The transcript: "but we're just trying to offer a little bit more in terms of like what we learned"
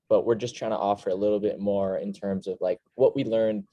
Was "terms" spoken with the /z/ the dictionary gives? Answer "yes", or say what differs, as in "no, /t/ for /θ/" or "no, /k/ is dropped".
yes